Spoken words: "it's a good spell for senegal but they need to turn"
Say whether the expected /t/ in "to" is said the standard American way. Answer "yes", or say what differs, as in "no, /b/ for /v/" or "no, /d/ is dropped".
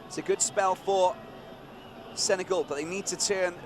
yes